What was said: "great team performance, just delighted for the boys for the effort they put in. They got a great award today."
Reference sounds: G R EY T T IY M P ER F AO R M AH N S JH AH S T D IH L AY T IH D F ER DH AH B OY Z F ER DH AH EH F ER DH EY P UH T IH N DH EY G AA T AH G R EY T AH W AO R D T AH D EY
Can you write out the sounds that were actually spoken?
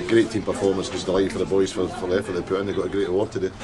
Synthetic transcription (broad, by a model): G R EY T T IY M P ER F AO R M AH N S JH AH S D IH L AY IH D F ER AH B OY Z F ER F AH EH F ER DH EY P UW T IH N DH EY G AA T AH G R EY T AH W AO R T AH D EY